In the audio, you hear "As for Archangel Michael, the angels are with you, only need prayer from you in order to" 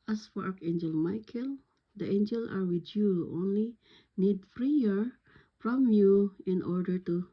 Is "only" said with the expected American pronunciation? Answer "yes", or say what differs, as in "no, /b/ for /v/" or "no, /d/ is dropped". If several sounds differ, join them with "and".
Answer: yes